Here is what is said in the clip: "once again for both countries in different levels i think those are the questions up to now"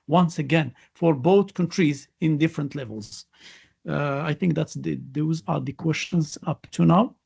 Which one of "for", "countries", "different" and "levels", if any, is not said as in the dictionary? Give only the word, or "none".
none